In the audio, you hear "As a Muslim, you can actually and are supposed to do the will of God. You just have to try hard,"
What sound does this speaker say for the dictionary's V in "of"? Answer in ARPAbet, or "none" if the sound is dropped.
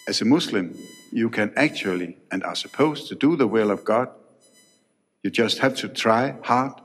V